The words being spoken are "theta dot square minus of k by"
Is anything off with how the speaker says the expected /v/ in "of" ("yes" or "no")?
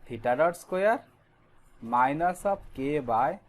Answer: yes